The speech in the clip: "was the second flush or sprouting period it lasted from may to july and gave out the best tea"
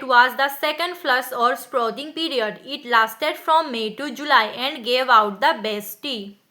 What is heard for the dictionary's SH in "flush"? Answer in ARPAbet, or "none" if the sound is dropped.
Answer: S